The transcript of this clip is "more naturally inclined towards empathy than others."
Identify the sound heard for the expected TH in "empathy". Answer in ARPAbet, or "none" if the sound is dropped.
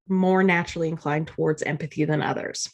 TH